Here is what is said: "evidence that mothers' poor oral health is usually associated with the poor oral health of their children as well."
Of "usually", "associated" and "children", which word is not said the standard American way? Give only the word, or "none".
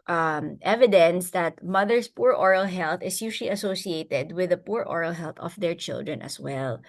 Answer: usually